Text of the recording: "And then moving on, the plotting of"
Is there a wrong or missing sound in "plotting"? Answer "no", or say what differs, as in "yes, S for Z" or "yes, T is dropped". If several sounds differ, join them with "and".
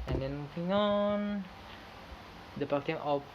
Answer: yes, L is dropped